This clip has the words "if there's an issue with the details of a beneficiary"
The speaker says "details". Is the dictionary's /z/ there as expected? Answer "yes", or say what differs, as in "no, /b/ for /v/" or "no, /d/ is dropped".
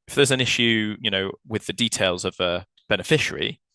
yes